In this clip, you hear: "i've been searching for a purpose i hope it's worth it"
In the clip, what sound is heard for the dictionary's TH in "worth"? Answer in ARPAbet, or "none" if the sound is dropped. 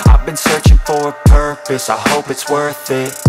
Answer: TH